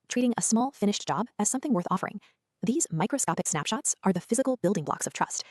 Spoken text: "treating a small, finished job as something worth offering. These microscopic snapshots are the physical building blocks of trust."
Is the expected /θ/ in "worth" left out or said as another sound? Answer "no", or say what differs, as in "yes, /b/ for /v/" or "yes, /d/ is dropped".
no